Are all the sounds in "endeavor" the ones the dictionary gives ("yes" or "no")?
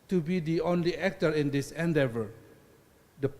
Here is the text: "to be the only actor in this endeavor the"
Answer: yes